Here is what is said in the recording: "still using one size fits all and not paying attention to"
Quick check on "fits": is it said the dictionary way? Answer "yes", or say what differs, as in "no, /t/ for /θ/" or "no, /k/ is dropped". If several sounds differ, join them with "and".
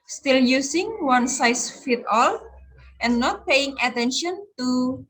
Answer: no, /s/ is dropped